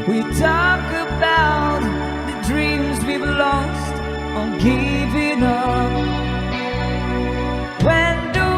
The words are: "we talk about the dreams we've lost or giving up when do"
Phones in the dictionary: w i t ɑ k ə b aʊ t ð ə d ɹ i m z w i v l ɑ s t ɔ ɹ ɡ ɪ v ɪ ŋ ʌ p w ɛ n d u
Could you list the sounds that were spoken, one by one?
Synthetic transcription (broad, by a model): w i t ɑ k ə b aʊ t ð ə d ɹ i m z w i b l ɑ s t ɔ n ɡ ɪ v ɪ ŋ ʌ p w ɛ n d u